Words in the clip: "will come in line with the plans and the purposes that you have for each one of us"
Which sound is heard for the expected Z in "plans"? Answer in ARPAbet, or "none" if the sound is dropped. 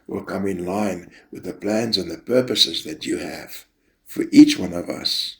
Z